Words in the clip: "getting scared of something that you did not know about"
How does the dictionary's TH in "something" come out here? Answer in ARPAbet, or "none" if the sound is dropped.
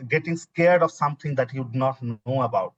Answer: T